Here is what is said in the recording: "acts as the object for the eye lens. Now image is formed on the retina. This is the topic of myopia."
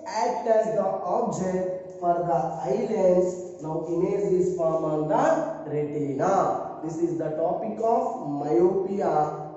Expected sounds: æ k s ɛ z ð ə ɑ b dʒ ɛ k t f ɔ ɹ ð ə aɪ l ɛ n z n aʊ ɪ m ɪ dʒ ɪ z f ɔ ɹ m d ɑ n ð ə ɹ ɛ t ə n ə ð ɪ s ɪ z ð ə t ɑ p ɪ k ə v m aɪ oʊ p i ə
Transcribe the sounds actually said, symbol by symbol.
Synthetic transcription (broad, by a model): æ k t ɛ z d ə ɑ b dʒ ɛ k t f ɔ ɹ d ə aɪ l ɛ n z n aʊ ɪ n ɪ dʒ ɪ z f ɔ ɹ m ɑ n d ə ɹ ɛ t ə n ə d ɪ s ɪ z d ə t ɑ p ɪ k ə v m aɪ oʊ p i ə